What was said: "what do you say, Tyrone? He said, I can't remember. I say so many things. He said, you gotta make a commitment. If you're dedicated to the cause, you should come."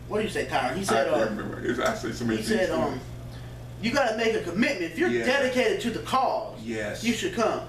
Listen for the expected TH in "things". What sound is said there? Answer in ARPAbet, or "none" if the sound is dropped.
S